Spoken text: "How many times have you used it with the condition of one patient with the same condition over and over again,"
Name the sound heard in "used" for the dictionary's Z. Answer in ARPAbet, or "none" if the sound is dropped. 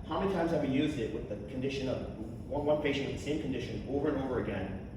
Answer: Z